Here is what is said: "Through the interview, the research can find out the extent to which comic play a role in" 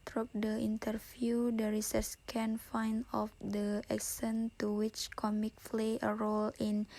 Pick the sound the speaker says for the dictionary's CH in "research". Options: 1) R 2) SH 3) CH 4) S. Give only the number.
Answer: 4